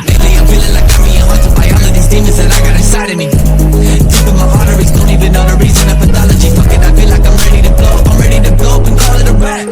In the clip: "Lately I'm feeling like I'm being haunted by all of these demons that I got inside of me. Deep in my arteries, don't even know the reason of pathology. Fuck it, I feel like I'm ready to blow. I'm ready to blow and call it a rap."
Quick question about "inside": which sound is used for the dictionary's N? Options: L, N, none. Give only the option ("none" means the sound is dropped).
none